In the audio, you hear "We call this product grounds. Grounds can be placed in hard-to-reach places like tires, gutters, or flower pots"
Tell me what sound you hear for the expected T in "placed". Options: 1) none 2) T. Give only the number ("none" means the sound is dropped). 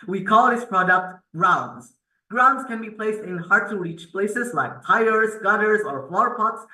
2